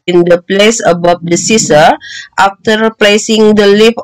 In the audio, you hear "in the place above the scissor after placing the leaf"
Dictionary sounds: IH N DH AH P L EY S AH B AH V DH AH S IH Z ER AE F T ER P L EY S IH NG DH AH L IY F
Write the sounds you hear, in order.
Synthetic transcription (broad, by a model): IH N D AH P L EY S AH B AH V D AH S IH S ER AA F T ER P L EY S IH NG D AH L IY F